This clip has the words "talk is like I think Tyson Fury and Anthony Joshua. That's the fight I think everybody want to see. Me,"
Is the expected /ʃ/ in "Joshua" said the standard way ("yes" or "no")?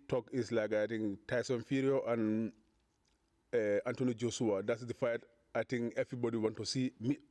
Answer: no